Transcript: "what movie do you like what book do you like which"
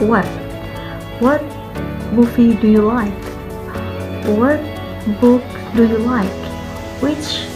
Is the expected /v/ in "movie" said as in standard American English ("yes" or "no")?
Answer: no